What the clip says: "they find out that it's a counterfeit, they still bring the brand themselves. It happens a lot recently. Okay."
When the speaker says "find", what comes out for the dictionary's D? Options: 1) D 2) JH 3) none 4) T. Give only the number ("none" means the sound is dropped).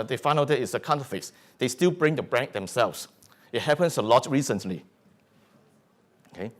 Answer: 3